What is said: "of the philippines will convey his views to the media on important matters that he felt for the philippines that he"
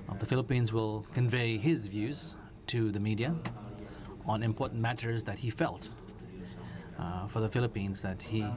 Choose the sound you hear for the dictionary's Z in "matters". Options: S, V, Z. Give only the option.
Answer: Z